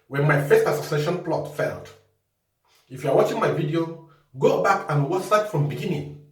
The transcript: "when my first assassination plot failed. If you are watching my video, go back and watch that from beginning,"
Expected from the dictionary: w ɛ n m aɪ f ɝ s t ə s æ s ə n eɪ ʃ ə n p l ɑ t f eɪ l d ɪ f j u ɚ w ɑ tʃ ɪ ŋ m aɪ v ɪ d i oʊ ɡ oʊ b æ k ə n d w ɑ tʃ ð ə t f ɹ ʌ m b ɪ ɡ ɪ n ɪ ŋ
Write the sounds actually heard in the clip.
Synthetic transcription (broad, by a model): w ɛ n m aɪ f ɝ s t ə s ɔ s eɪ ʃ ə n p l ɑ t f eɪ l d ɪ f j u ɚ w ɑ tʃ ɪ ŋ m aɪ v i d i oʊ ɡ oʊ b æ k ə n w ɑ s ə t f ɹ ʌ m b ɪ ɡ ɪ n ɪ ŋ